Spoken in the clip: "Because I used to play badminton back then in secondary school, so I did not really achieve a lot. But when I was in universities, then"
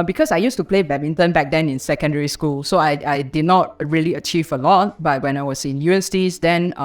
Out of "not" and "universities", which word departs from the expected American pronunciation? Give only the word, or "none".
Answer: universities